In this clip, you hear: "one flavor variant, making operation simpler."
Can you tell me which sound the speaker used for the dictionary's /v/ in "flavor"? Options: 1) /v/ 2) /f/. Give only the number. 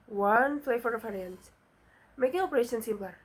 2